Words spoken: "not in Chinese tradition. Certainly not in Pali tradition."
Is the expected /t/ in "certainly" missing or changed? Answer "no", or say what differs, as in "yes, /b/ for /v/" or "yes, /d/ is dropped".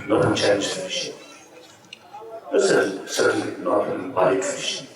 yes, /s/ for /t/